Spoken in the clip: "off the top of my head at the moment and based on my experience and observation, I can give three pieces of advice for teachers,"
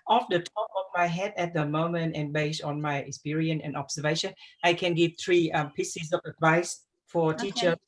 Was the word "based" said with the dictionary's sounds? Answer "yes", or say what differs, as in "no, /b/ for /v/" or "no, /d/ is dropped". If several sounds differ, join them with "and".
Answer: no, /t/ is dropped